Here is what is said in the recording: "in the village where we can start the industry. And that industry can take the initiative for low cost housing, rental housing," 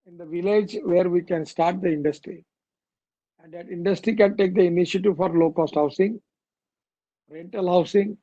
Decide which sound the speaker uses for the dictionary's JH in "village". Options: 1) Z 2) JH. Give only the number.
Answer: 2